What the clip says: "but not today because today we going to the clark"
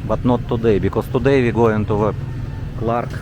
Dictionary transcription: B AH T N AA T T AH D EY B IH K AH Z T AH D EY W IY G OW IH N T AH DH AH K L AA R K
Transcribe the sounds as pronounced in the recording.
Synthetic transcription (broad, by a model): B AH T N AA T T AH D EY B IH K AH S T AH D EY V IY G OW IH N T AH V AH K L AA R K